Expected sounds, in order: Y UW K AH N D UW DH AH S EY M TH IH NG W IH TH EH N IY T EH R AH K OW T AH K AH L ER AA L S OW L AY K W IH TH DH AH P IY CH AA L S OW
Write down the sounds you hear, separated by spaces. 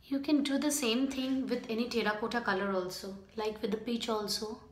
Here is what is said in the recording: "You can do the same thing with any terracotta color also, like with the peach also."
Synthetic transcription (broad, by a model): Y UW K AH N D UW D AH S EY M T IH NG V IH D EH N IY T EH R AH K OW T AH K AH L ER AA L S OW L AY K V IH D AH P IY CH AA L S OW